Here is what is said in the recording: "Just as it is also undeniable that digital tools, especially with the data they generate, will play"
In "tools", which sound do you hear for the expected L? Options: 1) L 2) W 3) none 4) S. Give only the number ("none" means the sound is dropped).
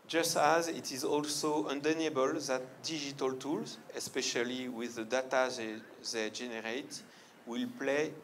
1